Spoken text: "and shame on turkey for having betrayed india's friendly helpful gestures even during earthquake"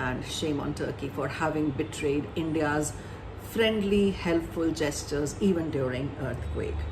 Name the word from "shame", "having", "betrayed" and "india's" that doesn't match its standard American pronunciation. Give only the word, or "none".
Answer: none